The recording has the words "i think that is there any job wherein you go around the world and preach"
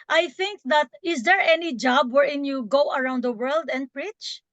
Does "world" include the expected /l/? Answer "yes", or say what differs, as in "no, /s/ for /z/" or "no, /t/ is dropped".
yes